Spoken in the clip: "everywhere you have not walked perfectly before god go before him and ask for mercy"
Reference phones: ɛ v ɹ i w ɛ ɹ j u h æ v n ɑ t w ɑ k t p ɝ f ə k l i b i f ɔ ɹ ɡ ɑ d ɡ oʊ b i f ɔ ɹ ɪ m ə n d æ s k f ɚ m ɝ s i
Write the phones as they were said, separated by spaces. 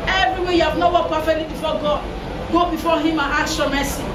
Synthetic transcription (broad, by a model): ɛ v ɹ i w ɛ j u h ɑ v n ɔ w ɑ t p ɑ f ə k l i b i f ɔ ɡ ɑ d ɡ oʊ b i f ɔ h ɪ m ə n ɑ k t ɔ m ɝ s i